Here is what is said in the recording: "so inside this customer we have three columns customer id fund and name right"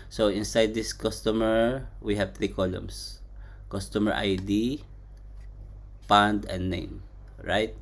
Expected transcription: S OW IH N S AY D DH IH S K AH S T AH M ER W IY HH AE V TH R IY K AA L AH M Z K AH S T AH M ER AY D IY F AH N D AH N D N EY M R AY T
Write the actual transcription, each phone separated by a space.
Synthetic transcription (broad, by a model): S OW IH N S AY D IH S K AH S T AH M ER W IY HH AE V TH R IY K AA L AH M S K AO S T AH M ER AY D IY P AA N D AH N D N EY M R AY T